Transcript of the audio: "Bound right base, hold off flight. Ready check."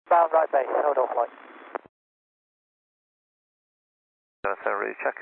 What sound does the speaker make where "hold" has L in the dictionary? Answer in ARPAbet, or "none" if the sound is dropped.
none